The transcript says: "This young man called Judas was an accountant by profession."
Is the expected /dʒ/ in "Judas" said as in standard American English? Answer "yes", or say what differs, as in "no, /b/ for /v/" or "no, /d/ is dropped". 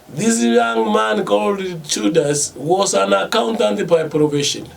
no, /tʃ/ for /dʒ/